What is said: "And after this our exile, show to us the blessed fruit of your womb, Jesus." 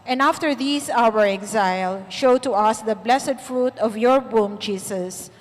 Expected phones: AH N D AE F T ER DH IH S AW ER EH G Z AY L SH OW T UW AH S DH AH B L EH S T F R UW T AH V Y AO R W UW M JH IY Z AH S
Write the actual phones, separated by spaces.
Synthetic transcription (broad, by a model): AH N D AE F T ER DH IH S AW ER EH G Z AY L SH OW T UW AH S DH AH B L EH S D F R UW T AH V Y AO R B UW M JH IY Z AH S